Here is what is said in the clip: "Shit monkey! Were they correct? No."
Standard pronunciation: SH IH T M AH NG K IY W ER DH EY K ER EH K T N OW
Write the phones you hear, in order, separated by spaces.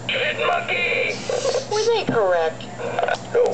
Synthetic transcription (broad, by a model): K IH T M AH K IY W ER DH K ER EH K T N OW